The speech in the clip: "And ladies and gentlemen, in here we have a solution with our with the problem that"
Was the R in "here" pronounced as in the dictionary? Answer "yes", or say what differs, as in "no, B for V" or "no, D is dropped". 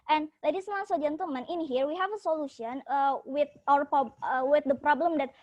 yes